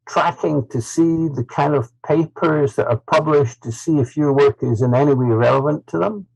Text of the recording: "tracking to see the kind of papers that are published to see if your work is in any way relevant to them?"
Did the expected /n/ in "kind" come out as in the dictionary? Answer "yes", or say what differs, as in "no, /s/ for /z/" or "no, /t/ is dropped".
yes